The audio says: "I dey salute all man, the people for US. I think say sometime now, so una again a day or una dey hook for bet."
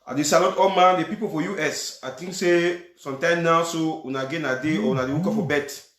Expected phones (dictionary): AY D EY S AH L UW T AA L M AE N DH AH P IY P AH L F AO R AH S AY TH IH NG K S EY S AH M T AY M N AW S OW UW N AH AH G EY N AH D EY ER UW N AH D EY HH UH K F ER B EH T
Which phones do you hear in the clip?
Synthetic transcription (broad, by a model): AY D EY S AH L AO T AA L M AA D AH P IY P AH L F AO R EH S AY T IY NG K S EY S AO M T AY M N AW S OW UW N AH G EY N AH D EY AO UW N AH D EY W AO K F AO B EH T